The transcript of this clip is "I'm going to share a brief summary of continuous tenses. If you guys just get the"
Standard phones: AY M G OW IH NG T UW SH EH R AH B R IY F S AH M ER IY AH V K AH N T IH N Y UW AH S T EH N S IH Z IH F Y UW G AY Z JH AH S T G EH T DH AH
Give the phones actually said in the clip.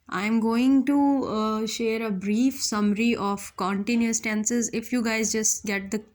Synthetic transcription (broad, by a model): AY M G OW IH NG T UW SH EH R AH B R IY F S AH M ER IY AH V K AH N T IH N Y UW AH S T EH N S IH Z IH F Y UW G AY Z JH AH S T G EH T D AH